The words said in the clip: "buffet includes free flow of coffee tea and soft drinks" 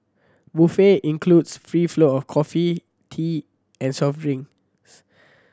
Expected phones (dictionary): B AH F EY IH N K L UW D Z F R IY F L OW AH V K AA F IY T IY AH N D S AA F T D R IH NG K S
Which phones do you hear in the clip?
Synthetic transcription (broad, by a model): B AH F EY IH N K L UW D S F R IY F L OW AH F K AA F IY T IY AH N S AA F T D R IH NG S